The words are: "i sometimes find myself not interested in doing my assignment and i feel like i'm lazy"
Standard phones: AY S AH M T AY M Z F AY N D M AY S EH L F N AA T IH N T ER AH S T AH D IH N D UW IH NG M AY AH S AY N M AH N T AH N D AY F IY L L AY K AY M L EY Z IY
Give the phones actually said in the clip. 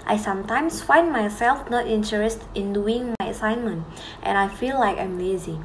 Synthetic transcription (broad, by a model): AY S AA M T AY M S F AY N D M AY S EH L F N AA T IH N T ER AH S T IH N D UW IH NG M AY AH S AY N M AH N T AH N AY F IY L L AY K AY M L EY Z IY